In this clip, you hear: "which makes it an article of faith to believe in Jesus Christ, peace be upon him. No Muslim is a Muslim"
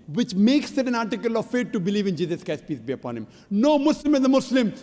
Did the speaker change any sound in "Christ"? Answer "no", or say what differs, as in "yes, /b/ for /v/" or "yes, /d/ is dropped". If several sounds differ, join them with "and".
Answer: yes, /ɹ/ is dropped